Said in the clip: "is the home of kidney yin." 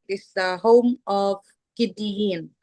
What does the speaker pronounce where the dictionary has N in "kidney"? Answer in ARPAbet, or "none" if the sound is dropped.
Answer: none